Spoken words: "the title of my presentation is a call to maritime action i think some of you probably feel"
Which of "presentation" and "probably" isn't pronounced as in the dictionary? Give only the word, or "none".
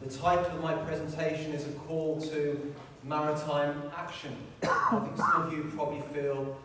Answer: none